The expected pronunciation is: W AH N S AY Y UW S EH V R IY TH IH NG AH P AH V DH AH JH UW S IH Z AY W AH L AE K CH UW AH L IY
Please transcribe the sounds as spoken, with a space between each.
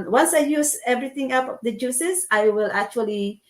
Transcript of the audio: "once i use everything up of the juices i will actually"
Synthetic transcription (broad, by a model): W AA N S AY Y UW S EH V R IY T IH NG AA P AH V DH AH JH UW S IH S AY W AH L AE K CH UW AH L IY